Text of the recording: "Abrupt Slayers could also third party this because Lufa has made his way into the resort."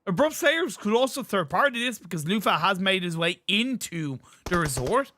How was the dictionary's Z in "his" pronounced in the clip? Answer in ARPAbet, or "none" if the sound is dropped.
Z